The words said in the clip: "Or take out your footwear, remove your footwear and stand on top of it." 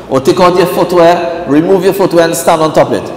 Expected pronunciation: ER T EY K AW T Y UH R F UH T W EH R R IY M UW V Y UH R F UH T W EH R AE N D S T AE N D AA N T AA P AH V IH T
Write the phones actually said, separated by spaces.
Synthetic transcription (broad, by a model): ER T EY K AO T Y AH F UH T W EH R R IY M UW V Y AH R F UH T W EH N S T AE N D AA N T AA P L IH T